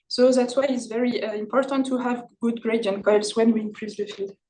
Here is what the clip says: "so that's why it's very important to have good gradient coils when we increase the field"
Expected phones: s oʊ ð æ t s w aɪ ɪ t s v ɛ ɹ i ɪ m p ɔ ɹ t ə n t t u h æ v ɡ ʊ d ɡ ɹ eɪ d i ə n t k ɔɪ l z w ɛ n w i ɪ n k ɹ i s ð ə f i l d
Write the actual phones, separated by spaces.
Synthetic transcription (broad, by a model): s oʊ ð æ t s w aɪ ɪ t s v ɛ ɹ i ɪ m p ɔ ɹ t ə n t t u h æ v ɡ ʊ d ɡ ɹ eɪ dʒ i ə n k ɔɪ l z w ɛ n w i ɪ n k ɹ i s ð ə f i l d